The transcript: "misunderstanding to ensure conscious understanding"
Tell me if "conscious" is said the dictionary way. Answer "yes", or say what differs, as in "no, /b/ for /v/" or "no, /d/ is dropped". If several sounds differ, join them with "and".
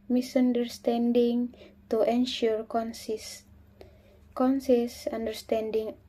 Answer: no, /s/ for /ʃ/